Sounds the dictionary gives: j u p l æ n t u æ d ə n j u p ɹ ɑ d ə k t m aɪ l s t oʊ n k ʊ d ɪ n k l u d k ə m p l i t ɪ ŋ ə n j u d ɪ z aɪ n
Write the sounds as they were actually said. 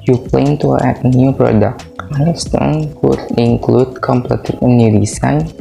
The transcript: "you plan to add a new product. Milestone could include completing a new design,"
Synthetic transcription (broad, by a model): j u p l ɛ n t u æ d ə n j u p ɹ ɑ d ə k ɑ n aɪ s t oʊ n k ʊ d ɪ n k l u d k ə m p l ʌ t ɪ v ə n j u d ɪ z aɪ n